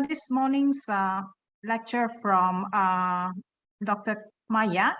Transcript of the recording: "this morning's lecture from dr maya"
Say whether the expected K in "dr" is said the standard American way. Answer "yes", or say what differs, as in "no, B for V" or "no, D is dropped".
yes